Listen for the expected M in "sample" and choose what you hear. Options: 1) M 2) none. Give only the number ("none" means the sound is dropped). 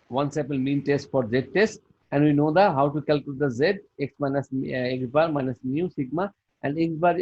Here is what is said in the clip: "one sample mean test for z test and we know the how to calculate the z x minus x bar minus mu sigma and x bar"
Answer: 2